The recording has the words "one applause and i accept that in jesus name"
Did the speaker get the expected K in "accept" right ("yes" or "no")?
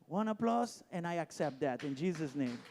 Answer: yes